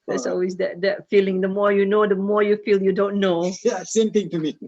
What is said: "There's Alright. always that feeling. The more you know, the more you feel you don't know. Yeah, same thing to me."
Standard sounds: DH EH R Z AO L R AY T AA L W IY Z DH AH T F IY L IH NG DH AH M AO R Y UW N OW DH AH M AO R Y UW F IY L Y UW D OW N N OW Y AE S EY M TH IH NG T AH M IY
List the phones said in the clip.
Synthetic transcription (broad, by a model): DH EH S AO L W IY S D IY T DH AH T F IY L IH NG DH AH M AO R Y UW N OW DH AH M AO R Y UW F IY L Y UW D OW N N OW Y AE S EY M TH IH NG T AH M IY